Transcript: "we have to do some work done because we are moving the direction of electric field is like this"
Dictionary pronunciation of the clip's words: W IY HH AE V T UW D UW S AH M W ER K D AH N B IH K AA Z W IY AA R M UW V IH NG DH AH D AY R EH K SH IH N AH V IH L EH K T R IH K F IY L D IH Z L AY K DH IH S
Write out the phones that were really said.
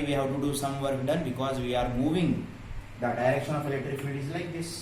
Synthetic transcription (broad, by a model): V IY HH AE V T UW D UW S AH M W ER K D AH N B IH K AA Z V IY AA R M UW V IH NG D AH D AY R EH K SH IH N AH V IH L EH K T R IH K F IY D IH Z L AY K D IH S